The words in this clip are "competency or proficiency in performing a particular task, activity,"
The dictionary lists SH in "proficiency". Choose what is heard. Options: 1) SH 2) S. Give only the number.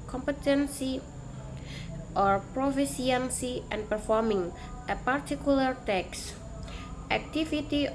2